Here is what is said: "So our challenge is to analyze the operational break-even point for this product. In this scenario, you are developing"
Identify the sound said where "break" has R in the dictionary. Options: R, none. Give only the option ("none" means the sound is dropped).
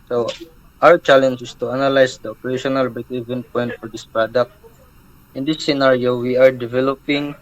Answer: none